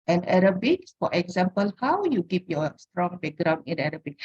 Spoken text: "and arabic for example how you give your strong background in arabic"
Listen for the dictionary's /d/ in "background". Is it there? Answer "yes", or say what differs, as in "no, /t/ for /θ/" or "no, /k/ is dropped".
no, /d/ is dropped